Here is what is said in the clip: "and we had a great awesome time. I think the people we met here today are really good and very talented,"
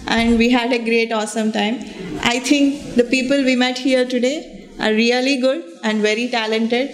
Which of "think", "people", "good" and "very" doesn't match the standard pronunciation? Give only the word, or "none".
think